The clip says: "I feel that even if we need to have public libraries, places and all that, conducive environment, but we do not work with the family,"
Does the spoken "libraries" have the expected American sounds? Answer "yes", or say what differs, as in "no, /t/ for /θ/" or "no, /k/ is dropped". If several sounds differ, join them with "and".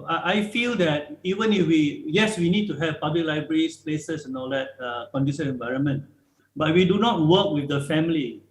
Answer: no, /s/ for /z/